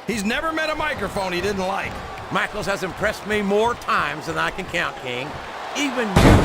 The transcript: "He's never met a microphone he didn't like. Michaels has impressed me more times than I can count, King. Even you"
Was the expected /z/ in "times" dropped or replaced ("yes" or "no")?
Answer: no